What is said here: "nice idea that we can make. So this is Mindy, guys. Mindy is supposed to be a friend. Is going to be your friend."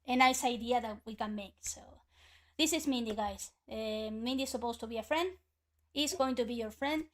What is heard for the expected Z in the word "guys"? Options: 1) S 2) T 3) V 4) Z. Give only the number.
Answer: 1